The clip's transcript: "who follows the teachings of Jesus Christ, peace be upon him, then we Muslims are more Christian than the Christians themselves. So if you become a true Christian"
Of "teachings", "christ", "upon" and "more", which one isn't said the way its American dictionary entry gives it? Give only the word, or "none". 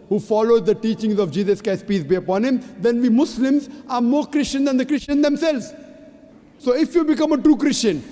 christ